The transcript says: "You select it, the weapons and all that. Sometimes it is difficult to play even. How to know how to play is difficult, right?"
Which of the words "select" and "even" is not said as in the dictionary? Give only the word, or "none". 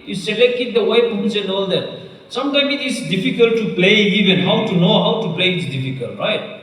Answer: none